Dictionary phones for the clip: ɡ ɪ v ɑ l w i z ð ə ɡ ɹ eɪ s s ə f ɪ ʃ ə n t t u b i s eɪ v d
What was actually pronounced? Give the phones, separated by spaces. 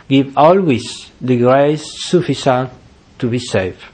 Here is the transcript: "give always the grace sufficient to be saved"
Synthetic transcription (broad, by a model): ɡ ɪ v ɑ l w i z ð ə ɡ ɹ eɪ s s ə f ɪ s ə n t t u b i s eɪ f